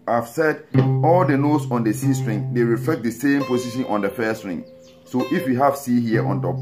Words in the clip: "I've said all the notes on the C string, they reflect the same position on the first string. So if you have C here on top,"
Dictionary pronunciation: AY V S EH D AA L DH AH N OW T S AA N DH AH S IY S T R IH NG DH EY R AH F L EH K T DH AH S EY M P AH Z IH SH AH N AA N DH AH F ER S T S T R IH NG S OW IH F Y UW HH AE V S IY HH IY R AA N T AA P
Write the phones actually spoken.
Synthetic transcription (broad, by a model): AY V S EH D AA L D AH N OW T S AA N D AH S IY S T R IH NG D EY R AH F L EH K T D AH S EY M P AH S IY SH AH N AA N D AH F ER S S T R IH NG S OW IH F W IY HH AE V S IY HH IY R AA N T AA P